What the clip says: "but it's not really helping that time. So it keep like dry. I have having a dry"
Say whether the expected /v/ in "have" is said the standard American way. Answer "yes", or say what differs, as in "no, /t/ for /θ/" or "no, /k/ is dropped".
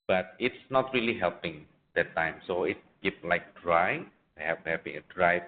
no, /p/ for /v/